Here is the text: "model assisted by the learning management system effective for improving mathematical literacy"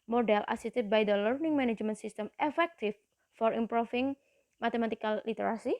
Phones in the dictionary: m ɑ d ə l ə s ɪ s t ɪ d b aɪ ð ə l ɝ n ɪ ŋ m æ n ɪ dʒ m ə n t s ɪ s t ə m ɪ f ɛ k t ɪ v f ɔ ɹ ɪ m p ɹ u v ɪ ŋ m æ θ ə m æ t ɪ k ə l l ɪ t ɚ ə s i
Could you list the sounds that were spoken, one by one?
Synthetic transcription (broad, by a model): m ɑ d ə l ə s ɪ s t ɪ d b aɪ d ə l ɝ n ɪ ŋ m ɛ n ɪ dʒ m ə n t s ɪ s t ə m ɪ f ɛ k t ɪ f ɔ ɹ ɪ m p ɹ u f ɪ ŋ m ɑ t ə m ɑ t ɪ k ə l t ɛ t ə s i